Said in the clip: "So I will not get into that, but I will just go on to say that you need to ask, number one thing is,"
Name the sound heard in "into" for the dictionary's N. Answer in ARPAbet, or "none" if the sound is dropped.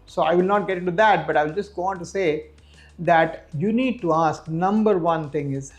none